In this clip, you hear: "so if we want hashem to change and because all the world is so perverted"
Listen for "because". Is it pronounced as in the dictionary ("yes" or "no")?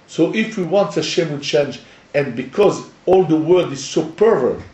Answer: yes